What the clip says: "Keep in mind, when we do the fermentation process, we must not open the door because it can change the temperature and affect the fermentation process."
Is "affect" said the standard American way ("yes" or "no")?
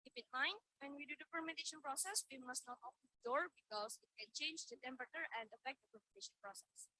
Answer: yes